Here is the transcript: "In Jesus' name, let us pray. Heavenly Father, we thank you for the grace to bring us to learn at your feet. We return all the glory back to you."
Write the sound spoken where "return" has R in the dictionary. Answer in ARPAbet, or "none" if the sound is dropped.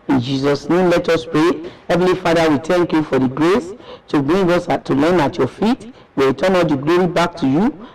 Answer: W